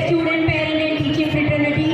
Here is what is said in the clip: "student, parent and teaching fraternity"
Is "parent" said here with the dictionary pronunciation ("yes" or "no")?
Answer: no